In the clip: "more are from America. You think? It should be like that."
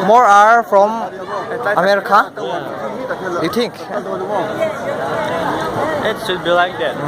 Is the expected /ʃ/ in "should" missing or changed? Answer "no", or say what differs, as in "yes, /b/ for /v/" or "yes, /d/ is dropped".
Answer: yes, /s/ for /ʃ/